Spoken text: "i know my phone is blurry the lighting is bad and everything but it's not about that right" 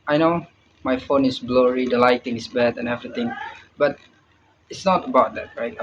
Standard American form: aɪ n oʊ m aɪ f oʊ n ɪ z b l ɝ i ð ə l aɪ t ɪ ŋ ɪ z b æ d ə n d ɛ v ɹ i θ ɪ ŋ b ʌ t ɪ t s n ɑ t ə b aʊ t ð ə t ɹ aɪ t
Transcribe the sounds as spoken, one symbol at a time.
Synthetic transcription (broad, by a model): aɪ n oʊ m aɪ f oʊ n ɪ s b l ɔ i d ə l aɪ t ɪ ŋ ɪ s b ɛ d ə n ɛ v ɹ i t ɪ ŋ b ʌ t ɪ t s n ɑ t ə b aʊ t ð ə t ɹ aɪ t